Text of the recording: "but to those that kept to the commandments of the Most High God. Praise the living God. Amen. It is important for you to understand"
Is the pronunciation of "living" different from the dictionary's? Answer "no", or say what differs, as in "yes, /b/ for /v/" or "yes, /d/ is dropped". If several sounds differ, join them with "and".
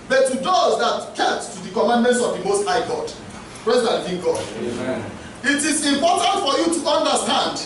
yes, /n/ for /l/